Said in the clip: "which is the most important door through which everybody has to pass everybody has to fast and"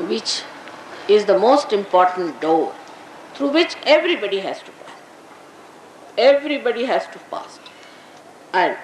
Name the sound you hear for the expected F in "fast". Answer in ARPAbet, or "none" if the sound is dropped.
P